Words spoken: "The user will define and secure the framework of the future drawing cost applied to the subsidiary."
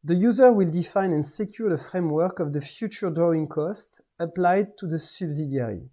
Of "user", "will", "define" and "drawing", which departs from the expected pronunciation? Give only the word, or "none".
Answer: none